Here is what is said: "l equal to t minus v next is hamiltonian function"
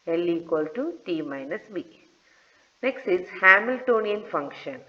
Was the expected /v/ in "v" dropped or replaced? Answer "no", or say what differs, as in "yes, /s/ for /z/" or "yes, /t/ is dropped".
yes, /b/ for /v/